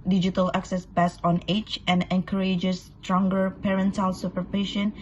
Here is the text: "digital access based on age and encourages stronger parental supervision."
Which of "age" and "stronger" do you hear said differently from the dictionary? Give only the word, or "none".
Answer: age